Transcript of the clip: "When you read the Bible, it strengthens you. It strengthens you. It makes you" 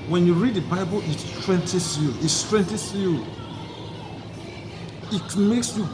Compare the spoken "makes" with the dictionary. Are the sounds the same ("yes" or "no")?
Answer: yes